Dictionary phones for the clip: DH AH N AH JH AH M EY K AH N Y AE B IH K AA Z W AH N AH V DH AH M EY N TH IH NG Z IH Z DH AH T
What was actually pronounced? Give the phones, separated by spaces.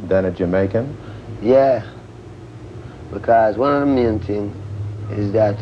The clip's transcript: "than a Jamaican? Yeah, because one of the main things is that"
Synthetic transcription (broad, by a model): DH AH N AH JH AH M EY K AH N Y AE B IH K AA Z W AH N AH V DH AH M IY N T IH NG IH Z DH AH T